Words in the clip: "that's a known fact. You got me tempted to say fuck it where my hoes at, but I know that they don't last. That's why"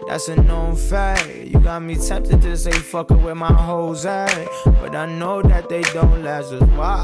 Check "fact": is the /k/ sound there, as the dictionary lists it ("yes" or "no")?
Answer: no